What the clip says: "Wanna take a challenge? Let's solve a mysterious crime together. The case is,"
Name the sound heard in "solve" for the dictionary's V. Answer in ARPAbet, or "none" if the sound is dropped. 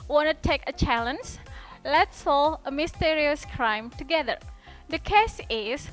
none